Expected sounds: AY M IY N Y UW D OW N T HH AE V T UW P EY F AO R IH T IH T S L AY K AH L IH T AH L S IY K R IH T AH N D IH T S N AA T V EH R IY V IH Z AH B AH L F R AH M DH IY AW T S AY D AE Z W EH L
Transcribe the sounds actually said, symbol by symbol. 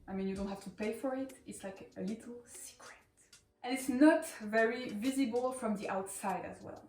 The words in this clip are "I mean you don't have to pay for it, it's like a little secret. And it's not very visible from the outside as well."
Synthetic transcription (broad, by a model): AY M IY N Y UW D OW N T HH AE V T UW P EY F AO R IH T IH T S L AY K AH L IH T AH L S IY K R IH T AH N IH T S N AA T V EH R IY V IH Z AH B AH L F R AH M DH IY AW T S AY D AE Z W EH L